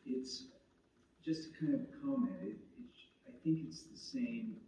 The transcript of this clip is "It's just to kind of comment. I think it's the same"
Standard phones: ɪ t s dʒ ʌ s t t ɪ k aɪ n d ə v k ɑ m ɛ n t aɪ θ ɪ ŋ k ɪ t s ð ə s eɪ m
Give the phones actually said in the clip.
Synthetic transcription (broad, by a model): ɪ t s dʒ ʌ s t t ɪ k aɪ n d ə v k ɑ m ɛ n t aɪ θ ɪ ŋ k ɪ t s ð ə s eɪ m